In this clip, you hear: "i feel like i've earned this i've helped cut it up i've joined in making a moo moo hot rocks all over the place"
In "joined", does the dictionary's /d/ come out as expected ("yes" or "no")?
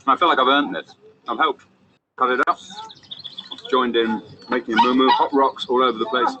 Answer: yes